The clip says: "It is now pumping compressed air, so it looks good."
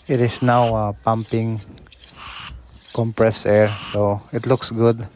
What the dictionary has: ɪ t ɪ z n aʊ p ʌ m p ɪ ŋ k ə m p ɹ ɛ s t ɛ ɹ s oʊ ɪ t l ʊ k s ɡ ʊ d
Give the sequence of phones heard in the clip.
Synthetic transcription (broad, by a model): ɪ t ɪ s n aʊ p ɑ m p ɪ ŋ k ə m p ɹ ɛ s ɛ ɹ s oʊ ɪ t l ʊ k s ɡ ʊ d